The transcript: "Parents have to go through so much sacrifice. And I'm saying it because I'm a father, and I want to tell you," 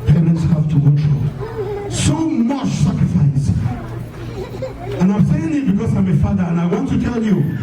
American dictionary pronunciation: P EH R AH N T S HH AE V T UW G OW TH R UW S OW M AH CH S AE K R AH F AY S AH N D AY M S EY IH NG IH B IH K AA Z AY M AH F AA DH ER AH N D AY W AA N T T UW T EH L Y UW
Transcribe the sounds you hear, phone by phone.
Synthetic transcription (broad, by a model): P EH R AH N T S HH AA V T UW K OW T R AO S OW M AH CH S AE K R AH F AY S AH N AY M S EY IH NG IH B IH K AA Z AY M AH F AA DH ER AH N AY W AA N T T UW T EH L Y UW